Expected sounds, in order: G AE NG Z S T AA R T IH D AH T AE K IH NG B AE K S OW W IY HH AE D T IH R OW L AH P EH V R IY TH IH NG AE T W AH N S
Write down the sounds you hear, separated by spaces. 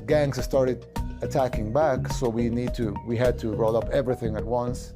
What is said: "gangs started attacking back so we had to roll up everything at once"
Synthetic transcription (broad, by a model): G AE NG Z S T AA R T IH D AH T AE K IH NG B AE K S OW W IY HH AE D T IH R OW L AH P EH V R IY TH IH NG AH T W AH N S